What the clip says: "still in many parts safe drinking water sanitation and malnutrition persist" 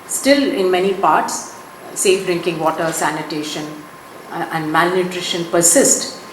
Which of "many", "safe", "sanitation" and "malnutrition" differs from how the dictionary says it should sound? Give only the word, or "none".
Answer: none